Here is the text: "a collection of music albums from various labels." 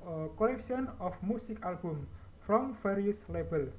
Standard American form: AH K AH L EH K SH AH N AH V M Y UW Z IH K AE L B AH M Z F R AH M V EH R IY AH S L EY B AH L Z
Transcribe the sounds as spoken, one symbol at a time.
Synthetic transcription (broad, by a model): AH K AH L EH K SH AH N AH F M UW S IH K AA L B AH M F R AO M F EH R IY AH S L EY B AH L